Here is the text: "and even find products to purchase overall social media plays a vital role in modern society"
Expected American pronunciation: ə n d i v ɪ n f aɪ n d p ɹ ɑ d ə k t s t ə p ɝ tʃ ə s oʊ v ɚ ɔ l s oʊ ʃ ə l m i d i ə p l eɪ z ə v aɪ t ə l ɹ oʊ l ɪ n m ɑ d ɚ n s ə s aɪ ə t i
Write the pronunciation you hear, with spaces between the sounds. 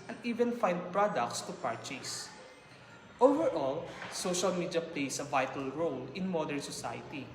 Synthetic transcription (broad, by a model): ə n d i v ɪ n f aɪ n d p ɹ ɑ d ə k t s t ə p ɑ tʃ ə s oʊ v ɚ ɔ l s oʊ ʃ ə l m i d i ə p l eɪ s ə v aɪ t ə l ɹ oʊ l ɪ n m ɑ d ɚ n s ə s aɪ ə t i